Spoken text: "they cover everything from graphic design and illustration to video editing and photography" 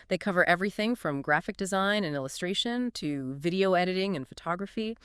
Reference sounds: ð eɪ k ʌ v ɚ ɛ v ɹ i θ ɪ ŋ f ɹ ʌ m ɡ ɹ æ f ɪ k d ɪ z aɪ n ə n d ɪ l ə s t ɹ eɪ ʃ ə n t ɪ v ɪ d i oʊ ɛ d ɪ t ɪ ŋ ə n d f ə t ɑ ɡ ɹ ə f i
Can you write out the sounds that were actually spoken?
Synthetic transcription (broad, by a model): ð eɪ k ʌ v ɚ ɛ v ɹ i θ ɪ ŋ f ɹ ʌ m ɡ ɹ æ f ɪ k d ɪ z aɪ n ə n ɪ l ə s t ɹ eɪ ʃ ə n t ɪ v ɪ d i oʊ ɛ d ɪ t ɪ ŋ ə n f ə t ɑ ɡ ɹ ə f i